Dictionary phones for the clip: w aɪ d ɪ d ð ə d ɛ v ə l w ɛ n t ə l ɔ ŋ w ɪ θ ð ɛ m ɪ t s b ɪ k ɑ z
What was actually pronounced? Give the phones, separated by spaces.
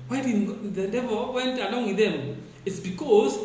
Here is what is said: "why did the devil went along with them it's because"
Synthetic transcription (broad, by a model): w aɪ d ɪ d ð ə d ɛ v ə l w ɛ n t ə l ɔ ŋ w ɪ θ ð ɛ m ɪ t s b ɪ k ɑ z